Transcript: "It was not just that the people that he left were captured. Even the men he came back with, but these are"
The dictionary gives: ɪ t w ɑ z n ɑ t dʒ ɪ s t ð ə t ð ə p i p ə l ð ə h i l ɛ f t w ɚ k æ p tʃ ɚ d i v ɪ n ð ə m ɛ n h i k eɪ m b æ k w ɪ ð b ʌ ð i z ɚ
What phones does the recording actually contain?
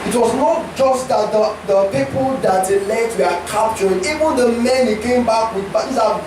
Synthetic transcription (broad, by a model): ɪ t w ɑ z n ɑ t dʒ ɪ s t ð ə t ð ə p i p ə l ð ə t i l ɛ t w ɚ k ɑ p tʃ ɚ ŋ i v ɪ n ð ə m ɛ n h i k eɪ m b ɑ k w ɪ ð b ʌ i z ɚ